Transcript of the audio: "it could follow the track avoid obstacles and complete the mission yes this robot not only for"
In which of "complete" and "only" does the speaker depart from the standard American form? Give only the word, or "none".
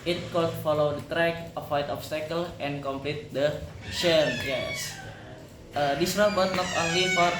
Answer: none